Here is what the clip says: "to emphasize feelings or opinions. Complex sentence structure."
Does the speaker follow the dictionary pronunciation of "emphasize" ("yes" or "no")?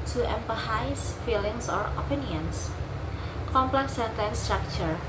no